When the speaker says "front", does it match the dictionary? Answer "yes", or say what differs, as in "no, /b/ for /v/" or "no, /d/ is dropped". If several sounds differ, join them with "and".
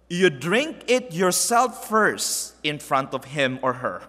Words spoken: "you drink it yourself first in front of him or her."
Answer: yes